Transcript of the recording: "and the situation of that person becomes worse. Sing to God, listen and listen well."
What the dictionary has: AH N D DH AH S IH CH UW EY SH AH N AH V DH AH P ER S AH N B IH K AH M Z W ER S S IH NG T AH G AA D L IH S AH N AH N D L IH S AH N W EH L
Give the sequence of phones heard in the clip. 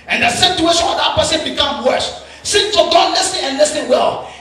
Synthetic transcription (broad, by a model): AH N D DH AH S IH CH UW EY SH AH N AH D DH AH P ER S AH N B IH K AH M W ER SH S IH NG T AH G AA D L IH S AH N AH N L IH S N W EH L